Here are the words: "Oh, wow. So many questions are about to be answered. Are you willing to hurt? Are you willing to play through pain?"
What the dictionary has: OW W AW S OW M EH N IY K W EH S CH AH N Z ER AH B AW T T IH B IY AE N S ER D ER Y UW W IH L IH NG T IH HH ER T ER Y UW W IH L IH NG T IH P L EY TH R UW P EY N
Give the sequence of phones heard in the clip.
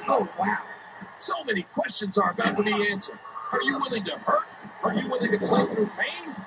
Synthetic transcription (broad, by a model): OW W AW S OW M EH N IY K W EH S CH AH N Z ER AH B AW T T IH B IY AE N S ER D ER Y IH W IH L IH NG T IH HH ER T ER Y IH W IH L IH NG T IH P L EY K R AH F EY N